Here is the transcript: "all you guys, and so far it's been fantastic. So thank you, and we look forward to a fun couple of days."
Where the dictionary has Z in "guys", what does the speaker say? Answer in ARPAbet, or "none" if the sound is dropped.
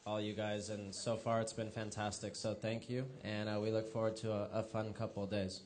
Z